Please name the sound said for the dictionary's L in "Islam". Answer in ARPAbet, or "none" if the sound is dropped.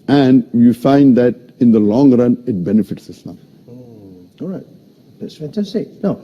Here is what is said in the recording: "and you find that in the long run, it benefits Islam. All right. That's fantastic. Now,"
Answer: N